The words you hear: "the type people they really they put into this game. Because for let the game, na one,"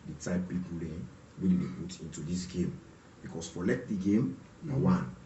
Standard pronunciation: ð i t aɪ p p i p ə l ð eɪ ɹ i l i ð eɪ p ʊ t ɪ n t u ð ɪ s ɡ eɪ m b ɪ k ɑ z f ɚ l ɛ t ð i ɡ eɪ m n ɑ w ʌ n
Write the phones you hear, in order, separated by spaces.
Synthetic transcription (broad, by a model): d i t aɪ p p i p ə l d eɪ w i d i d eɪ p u t ɪ n t u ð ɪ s ɡ eɪ m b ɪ k ɑ s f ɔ l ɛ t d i ɡ eɪ m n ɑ w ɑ n